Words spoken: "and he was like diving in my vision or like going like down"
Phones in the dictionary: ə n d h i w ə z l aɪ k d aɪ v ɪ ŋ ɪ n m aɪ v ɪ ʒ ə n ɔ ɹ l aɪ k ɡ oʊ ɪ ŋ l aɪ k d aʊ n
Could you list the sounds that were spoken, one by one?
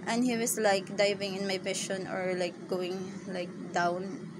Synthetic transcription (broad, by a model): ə n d h i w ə s l aɪ k d aɪ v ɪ ŋ ɪ n m aɪ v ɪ ʃ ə n ɔ ɹ l aɪ k ɡ oʊ ɪ ŋ l aɪ k d aʊ n